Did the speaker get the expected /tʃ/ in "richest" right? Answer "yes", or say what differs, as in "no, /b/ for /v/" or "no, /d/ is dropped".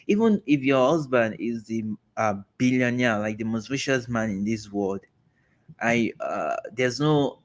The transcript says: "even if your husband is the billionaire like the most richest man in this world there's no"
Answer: no, /ʃ/ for /tʃ/